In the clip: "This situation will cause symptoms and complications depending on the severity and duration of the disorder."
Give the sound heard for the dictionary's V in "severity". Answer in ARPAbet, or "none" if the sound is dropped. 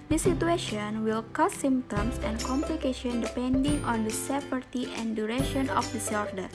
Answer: P